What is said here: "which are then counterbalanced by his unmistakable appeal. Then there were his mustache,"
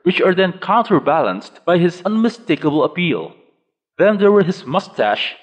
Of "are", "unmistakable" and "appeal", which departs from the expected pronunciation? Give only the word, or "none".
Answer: none